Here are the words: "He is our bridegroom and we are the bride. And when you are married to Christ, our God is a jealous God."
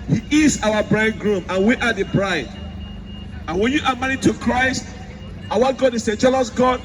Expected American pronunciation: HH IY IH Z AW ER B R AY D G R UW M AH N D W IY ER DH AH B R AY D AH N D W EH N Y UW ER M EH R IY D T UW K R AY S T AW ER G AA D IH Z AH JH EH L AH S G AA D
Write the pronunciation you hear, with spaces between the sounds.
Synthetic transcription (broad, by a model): HH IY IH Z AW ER B R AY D G R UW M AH N W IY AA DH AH B R AY D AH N W EH N Y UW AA M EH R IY T UW K R AY S T AW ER G AA D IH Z AH JH EH L AH S G AA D